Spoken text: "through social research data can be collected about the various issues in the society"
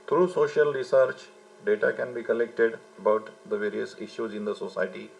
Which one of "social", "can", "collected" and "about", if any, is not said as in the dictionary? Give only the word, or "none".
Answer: none